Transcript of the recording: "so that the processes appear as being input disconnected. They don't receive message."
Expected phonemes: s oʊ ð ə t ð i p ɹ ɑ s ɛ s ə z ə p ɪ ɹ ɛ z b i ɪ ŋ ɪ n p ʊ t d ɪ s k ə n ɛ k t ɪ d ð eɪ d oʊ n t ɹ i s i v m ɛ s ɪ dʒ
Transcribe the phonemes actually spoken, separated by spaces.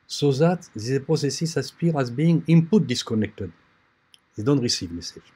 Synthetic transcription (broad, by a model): s oʊ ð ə t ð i p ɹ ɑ s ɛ s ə s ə p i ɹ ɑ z b i ɪ ŋ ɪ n p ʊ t d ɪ s k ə n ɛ k t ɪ d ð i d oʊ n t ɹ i s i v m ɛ s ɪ